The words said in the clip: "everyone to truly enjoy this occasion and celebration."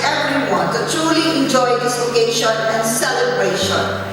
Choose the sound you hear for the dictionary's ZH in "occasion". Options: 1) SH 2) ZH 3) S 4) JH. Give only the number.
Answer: 1